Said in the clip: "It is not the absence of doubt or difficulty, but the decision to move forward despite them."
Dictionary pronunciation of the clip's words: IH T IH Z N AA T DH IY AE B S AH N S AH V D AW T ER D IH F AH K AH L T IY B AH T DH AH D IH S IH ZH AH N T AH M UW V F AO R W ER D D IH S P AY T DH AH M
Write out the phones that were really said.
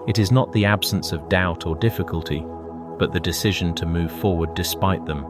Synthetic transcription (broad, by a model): IH T IH Z N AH T DH IY AE B S AH N S AH V D AW T ER D IH F AH K AH L T IY B AH T DH AH D IH S IH ZH AH N T AH M UW V F AO R W ER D D IH S P AY T DH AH M